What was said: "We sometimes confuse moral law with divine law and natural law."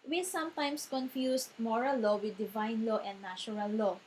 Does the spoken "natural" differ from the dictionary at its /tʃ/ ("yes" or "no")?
yes